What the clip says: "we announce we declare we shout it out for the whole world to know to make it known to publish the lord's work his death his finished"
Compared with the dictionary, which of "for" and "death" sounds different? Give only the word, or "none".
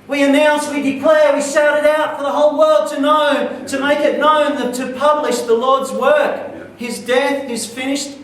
none